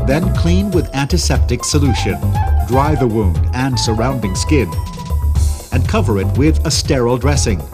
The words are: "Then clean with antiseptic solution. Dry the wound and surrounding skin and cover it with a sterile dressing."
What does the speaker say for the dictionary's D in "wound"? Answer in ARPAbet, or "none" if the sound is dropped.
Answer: D